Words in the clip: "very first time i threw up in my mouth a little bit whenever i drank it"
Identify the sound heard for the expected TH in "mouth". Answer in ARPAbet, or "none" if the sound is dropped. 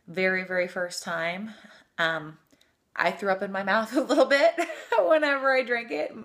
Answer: TH